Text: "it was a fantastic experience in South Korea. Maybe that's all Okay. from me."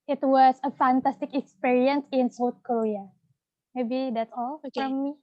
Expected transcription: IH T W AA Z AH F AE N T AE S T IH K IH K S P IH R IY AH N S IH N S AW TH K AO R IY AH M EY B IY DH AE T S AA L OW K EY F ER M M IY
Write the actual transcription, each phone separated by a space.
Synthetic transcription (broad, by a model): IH T W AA S AH F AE N T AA S T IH K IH K S P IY R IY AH N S IH N S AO T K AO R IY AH M EY B IY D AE T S AA L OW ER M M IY